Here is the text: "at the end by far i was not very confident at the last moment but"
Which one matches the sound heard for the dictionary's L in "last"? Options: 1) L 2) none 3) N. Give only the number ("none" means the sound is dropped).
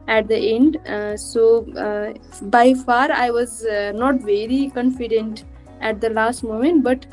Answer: 1